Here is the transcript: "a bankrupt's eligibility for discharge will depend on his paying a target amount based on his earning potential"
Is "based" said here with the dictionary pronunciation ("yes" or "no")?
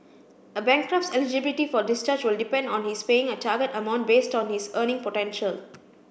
yes